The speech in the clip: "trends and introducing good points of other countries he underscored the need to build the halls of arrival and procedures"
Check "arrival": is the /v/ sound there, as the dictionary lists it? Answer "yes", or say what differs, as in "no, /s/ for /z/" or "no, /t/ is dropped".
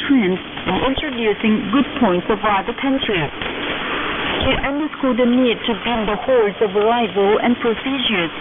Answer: yes